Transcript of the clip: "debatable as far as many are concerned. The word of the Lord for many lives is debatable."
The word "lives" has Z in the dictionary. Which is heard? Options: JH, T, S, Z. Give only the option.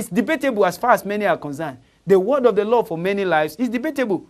S